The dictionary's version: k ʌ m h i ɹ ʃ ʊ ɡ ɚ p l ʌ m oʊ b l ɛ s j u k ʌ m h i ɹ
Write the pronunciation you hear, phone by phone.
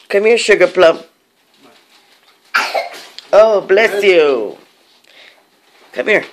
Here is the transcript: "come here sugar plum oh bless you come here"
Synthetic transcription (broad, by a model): k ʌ m h i ɹ ʃ ʊ ɡ ɚ p l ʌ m oʊ b l ɛ s j u k ʌ m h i ɹ